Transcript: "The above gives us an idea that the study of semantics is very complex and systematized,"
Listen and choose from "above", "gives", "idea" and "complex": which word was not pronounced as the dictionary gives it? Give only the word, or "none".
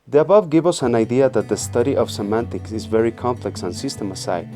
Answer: gives